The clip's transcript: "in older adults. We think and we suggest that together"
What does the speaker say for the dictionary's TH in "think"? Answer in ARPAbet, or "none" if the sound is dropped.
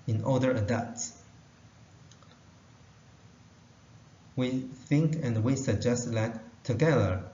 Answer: TH